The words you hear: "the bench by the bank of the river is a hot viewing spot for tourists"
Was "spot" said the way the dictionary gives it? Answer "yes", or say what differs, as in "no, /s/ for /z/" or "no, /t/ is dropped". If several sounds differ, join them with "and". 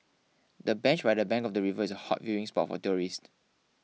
yes